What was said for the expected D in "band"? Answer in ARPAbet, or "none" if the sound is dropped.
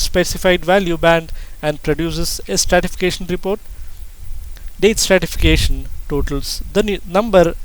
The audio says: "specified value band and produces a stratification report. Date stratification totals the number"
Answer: D